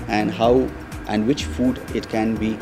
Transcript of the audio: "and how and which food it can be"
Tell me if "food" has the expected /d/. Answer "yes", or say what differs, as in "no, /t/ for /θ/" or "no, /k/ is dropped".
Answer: yes